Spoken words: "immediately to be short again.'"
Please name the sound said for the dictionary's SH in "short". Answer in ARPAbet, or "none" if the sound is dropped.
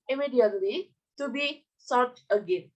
S